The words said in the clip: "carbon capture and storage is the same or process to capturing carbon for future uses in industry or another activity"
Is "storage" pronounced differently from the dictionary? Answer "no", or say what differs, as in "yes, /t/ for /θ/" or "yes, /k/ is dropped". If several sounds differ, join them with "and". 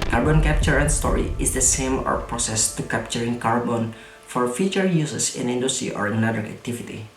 yes, /dʒ/ is dropped